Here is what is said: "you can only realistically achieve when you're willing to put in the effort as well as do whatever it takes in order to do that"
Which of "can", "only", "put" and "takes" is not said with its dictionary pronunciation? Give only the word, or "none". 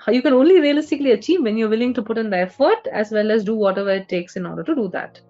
none